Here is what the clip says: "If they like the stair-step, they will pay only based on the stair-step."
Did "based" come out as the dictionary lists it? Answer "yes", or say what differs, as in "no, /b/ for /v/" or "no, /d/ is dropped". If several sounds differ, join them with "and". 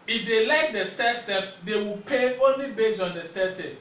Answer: no, /t/ is dropped